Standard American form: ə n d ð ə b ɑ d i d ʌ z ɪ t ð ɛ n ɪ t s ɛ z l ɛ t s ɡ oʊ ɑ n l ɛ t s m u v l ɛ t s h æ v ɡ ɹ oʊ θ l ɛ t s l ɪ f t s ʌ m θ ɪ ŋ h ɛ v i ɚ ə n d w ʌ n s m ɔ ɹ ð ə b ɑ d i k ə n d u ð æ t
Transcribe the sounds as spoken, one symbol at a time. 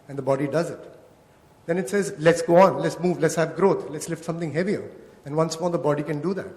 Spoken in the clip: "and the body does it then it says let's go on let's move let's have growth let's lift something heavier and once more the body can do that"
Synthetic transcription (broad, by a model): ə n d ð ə b ɑ d i d ʌ z ɪ t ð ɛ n ɪ t s ɛ z l ɛ t s ɡ oʊ ɑ n l ɛ t s m u v l ɛ t s h æ v ɡ ɹ oʊ t l ɛ t s l ɪ f t s ʌ m t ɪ ŋ h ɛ v i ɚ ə n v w ʌ n s m ɔ ɹ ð ə b ɑ d i k ə n d u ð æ t